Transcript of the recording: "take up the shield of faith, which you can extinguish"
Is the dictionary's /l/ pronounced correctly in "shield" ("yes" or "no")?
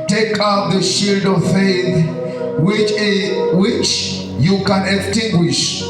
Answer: yes